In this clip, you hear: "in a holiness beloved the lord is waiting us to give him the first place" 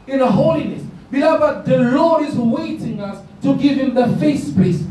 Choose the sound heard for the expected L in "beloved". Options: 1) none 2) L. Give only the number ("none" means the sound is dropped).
1